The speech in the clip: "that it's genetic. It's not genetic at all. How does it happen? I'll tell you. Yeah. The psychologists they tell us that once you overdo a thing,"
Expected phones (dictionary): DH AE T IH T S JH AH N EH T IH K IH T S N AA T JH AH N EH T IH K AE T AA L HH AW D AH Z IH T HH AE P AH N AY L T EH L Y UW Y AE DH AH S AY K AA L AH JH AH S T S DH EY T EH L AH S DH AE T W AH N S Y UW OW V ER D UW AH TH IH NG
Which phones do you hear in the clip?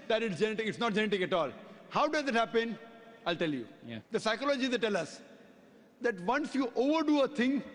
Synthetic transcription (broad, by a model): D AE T IH T S JH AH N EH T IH K IH T S N AA T JH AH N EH T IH K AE T AA L HH AW D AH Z IH T HH AE P AH N AY L T EH L Y UW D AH S AY K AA L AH JH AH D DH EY T EH L AH S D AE T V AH N S Y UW OW V ER D UW AH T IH NG